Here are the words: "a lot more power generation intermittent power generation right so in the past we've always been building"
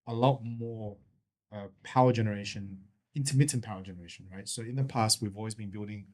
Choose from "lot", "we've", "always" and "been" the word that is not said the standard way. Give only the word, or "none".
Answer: none